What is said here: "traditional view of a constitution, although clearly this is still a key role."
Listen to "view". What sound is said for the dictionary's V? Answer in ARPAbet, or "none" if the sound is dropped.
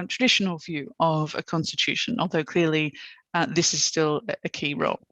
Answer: V